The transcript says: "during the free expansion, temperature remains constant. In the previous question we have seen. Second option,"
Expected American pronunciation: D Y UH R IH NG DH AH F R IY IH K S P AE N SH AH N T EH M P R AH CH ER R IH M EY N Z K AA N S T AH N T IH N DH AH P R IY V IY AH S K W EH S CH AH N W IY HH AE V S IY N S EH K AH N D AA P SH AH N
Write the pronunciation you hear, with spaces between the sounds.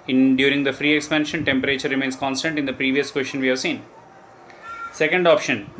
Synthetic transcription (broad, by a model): D Y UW R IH NG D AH F R IY IH K S P AE N SH AH N T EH M P R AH CH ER R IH M EY N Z K AA N S T AH N T IH N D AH P R IY V IY AH S K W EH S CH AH N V IY HH AE V S IY N S EH K AH N D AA P SH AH N